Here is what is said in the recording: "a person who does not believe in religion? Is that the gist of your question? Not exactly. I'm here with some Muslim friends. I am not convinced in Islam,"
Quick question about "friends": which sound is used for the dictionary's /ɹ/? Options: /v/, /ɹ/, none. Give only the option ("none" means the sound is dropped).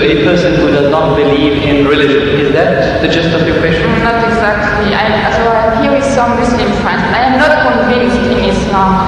none